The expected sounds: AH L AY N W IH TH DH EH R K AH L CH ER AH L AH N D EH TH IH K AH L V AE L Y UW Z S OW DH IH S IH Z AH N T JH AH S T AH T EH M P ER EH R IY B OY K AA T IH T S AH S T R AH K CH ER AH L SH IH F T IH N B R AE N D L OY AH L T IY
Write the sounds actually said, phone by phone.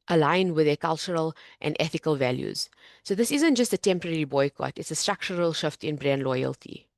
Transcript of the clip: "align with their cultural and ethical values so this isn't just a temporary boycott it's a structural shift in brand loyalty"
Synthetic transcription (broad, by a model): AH L AY N W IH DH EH K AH L CH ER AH L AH N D EH TH IH K AH L V AE L Y UW Z S OW DH IH S IH Z AH N T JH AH S T AH T EH M P ER EH R IY B OY K AA T IH T S AH S T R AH K CH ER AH L SH IH F T IH N B R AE N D L OY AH L T IY